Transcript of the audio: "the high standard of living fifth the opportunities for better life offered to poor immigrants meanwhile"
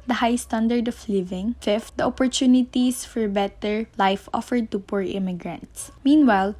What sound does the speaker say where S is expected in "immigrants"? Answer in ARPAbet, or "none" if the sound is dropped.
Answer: S